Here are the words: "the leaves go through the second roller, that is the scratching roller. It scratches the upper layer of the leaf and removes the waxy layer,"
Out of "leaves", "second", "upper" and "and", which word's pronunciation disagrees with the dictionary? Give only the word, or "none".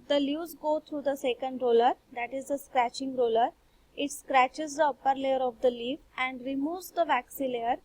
leaves